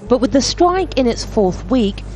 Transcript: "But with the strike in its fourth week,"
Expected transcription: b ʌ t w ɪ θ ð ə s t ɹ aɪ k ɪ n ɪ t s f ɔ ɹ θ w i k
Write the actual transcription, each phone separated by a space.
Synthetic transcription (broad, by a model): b ʌ t w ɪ ð ə s t ɹ aɪ k ɪ n ɪ t s f ɔ ɹ θ w i k